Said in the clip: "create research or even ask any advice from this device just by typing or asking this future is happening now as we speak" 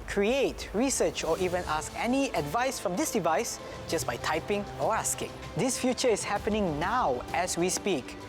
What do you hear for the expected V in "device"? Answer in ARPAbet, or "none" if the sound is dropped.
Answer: V